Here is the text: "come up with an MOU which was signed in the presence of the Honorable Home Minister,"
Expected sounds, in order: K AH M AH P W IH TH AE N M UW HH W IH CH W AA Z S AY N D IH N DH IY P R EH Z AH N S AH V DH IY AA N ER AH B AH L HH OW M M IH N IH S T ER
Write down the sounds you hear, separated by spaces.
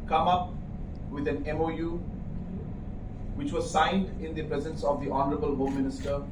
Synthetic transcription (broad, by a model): K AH M AH P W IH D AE N M UW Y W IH CH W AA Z S AY N D IH N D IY P R EH Z AH N S AH V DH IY AA N ER AH B AH L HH OW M M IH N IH S T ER